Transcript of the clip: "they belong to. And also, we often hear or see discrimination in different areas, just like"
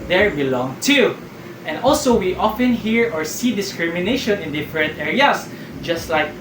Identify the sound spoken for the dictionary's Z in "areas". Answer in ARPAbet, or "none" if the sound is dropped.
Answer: S